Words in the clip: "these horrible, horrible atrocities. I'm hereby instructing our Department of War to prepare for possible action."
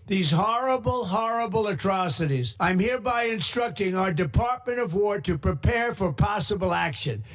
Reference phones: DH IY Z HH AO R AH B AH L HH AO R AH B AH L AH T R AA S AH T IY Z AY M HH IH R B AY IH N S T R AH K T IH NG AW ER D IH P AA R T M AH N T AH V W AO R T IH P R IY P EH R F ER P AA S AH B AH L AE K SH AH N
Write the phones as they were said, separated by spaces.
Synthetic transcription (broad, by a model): DH IY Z HH AO R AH B L HH AO R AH B L AH T R AA S AH T IY Z AY M HH IH R B AY IH N S T R AH K T IH NG AW ER D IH P AA R T M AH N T AH V W AO R T IH P R IY P EH R F ER P AA S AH B L AE K SH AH N